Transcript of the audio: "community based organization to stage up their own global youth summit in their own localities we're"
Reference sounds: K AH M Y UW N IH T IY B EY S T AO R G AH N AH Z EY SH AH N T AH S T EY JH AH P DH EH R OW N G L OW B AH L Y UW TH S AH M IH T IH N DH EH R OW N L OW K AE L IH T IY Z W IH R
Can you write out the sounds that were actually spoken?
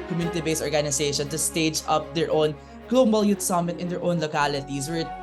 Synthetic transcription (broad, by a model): K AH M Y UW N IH T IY B EY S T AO R G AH N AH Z EY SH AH N T AH S T EY JH AH P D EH R OW N G L OW B AH L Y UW T S AH M IH T IH N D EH R OW N L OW K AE L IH T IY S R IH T